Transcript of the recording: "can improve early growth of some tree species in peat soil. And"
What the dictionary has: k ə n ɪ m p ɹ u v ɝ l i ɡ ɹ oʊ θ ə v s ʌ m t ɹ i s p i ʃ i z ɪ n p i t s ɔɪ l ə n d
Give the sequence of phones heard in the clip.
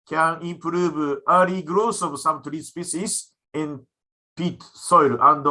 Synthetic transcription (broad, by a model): k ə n ɪ m p ɹ u v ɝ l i ɡ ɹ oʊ s ə v s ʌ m t ɹ i s p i s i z ɪ n p i t s ɔɪ l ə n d